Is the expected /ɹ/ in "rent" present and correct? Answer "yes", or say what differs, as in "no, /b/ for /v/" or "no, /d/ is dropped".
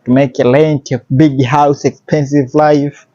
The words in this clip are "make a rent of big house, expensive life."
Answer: no, /l/ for /ɹ/